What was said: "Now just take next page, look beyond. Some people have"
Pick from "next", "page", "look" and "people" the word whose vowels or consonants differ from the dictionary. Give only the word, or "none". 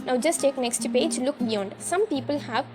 none